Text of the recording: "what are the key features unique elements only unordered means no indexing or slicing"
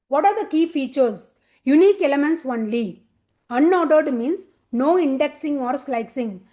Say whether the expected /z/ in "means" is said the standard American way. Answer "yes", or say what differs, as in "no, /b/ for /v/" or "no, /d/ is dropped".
no, /s/ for /z/